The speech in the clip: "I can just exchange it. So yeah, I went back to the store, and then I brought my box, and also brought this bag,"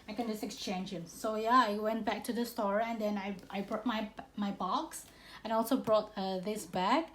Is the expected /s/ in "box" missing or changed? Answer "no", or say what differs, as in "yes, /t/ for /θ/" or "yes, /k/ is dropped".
no